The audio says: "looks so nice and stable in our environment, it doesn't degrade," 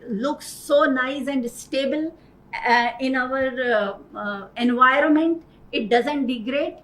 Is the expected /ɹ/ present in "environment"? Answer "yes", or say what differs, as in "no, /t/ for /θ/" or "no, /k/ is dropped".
yes